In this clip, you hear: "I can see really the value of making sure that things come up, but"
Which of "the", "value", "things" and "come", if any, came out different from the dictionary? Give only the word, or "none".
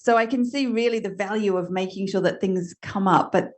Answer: none